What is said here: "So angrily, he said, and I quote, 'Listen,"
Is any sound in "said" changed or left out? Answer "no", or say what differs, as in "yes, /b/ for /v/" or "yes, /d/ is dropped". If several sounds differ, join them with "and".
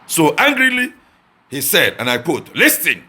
no